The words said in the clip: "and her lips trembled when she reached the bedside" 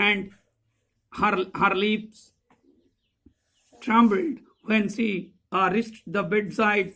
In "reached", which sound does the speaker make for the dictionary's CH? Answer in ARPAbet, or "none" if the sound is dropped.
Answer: S